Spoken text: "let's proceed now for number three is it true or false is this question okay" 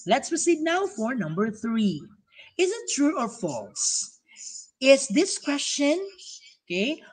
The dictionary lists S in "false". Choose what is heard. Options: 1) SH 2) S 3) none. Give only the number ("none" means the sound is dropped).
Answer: 2